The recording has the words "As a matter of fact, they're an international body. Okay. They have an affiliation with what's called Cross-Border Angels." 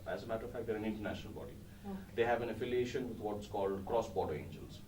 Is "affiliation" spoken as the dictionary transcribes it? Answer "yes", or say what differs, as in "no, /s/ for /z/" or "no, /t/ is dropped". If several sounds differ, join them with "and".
yes